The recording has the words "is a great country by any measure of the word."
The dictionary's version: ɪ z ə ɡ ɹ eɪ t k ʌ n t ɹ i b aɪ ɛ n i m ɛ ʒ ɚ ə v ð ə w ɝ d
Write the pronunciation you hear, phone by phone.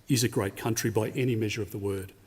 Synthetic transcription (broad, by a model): ɪ z ə ɡ ɹ eɪ t k ʌ n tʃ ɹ i b aɪ ɛ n i m ɛ ʒ ɚ ə v ð ə w ɝ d